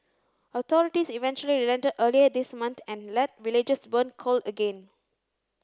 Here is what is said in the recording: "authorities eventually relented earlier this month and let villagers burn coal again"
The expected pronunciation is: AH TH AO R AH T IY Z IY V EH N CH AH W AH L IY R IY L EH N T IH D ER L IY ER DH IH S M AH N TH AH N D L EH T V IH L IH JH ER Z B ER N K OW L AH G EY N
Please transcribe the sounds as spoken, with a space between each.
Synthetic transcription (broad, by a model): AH T AO R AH T IY S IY V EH N CH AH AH L IY R IY L EH N T IH D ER L IY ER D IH S M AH N T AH N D L EH T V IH L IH JH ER S B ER N K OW L AH G EY N